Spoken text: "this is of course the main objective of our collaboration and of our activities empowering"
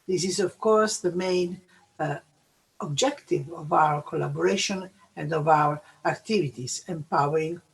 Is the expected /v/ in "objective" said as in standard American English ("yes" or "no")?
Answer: yes